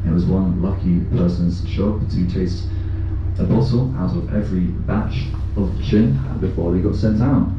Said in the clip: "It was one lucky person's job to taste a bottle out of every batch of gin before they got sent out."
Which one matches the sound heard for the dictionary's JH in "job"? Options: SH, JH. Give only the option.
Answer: SH